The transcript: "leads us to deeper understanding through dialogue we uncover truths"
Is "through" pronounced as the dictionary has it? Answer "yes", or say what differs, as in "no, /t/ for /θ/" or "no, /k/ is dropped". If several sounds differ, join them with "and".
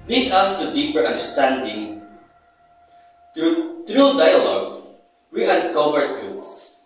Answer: no, /t/ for /θ/